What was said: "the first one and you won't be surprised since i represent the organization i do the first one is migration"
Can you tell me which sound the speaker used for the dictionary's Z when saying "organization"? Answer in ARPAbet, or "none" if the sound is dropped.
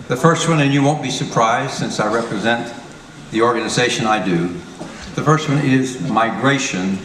Z